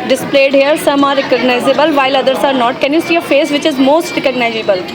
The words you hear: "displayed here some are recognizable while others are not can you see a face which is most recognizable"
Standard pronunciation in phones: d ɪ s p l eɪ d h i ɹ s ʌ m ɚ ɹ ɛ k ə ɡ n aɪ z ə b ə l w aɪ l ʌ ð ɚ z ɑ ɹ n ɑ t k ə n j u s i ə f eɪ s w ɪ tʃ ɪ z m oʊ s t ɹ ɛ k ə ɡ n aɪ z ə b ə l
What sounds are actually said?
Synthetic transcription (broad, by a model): d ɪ s p l eɪ d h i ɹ s ʌ m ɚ ɹ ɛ k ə ɡ n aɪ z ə b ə l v aɪ l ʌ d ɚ s ɑ ɹ n ɑ t k ə n j u s i ə f eɪ s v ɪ tʃ ɪ z m oʊ s t ɹ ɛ k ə ɡ n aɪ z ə b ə l